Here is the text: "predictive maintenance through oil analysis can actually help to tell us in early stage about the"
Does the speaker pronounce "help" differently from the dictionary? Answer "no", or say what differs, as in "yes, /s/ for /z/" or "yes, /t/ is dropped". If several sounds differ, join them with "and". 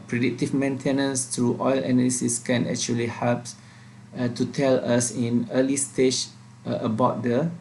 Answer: no